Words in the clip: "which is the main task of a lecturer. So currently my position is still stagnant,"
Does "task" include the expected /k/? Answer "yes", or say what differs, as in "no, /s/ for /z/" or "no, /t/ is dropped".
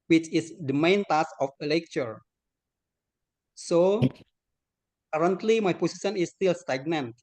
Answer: no, /k/ is dropped